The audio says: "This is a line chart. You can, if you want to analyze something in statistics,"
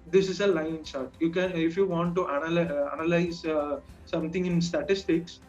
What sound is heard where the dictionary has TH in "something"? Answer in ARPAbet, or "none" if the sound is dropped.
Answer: T